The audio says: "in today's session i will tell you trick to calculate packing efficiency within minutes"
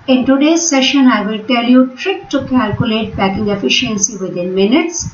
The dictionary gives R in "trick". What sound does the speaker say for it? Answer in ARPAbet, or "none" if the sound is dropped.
R